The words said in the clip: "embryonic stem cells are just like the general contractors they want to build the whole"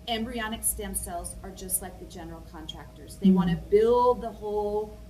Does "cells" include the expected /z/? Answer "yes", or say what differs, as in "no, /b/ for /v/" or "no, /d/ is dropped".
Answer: yes